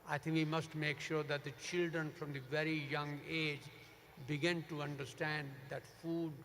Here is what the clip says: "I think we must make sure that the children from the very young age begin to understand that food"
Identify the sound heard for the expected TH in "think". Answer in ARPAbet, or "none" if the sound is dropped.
T